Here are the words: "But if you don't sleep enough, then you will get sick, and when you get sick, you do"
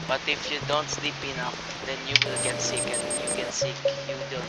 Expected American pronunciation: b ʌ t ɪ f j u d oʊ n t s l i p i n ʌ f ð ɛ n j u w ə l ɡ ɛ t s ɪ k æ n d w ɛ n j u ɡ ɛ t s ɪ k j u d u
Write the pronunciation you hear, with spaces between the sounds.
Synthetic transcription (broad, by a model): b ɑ t ɪ f j u d oʊ n t s l i p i n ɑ f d ɛ n j u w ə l ɡ ɛ t s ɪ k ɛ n j u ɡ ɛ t s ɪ k j u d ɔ